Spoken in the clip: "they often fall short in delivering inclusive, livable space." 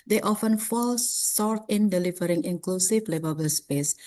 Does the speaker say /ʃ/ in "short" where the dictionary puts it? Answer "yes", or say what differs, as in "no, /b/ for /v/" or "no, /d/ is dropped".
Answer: no, /s/ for /ʃ/